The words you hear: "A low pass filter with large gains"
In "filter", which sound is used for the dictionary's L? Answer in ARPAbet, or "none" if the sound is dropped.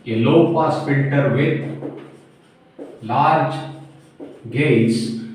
N